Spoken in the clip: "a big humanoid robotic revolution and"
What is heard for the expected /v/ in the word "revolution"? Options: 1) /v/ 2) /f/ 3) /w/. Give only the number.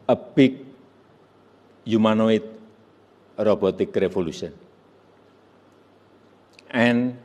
2